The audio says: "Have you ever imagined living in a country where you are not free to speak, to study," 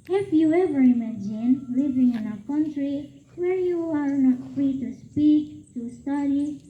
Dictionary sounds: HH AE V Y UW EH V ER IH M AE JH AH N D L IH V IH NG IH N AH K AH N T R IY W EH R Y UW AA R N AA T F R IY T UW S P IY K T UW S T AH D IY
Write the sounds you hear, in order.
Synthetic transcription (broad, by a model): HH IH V Y UW EH V ER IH M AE JH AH N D L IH V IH NG IH N AH K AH N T R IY W EH R Y UW AA R N AA T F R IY T UW S P IY K T UW S T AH D IY